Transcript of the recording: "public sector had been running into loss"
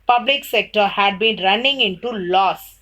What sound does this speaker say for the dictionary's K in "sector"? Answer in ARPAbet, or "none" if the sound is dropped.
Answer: K